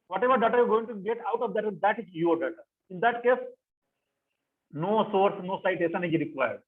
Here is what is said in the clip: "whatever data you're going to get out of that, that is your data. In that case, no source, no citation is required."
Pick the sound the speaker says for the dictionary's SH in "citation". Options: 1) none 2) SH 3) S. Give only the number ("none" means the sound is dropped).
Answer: 3